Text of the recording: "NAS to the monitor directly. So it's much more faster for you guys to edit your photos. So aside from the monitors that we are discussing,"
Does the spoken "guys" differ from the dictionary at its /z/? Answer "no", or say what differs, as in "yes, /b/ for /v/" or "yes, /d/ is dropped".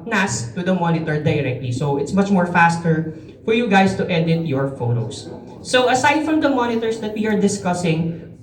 yes, /s/ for /z/